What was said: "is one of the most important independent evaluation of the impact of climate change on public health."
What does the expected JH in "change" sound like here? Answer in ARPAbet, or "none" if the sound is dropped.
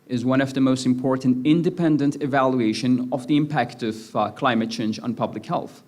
JH